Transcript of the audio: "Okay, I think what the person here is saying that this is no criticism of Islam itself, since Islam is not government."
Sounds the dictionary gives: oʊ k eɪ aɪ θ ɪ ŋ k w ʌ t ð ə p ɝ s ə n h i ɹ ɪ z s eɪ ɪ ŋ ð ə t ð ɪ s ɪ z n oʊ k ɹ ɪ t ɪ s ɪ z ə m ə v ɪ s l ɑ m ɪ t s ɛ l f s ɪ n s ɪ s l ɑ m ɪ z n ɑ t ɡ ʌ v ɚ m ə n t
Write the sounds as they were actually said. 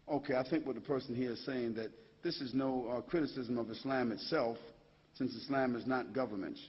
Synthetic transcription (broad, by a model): oʊ k eɪ aɪ θ ɪ ŋ k w ʌ t ð ə p ɝ s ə n h i ɹ ɪ z s eɪ ɪ ŋ ð ə t ð ɪ s ɪ z n oʊ k ɹ ɪ t ɪ s ɪ z ə m ə v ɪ s l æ m ɪ t s ɛ l f s ɪ n s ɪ s l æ m ɪ z n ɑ t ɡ ʌ v ɚ m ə n t